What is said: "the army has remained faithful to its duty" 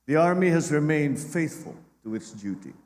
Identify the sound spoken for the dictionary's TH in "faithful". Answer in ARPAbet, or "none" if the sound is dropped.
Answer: TH